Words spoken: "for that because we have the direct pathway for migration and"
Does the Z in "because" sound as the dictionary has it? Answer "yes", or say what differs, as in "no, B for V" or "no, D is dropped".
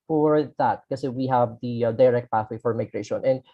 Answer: no, Z is dropped